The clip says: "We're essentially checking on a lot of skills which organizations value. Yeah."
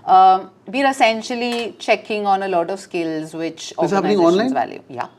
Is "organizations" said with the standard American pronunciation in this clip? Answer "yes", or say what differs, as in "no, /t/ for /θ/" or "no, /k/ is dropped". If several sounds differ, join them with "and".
no, /ʃ/ is dropped